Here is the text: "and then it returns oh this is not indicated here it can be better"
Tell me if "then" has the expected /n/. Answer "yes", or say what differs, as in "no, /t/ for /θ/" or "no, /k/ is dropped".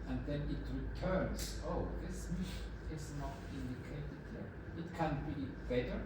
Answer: yes